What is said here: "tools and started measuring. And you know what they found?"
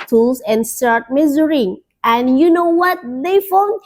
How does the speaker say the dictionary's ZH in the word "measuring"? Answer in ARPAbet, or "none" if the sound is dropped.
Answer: Z